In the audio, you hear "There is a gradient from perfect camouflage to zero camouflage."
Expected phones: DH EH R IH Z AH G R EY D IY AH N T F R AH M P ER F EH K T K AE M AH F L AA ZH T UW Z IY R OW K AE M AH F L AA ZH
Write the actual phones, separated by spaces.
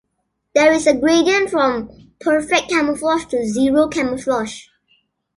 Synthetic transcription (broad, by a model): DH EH R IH S AH G R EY D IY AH N F R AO M P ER F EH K K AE M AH F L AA SH T UW Z IY R OW K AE M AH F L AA SH